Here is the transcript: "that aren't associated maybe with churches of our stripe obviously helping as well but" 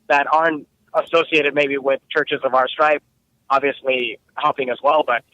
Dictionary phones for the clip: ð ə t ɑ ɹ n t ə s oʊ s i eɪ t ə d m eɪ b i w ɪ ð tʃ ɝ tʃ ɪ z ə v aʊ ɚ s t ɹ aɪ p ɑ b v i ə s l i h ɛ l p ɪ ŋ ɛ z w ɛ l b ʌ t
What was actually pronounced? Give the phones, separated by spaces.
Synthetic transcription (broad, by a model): ð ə t ɑ ɹ n t ə s oʊ s i eɪ t ə d m eɪ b i w ɪ ð tʃ ɝ tʃ ɪ z ə v aʊ ɚ s t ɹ aɪ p ɑ b v i ə s l i h ɛ l p ɪ ŋ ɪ z w ɛ l b ʌ t